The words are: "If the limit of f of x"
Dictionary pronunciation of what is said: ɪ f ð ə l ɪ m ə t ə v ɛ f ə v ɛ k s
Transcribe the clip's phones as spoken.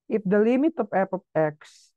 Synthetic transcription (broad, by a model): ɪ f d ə l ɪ m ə t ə f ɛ p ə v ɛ k s